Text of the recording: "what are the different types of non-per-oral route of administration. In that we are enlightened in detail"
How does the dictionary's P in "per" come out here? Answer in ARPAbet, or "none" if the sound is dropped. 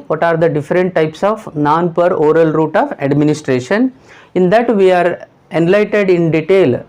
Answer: P